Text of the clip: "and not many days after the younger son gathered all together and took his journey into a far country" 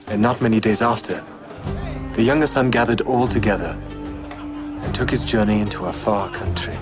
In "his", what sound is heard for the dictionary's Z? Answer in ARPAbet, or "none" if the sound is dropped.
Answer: Z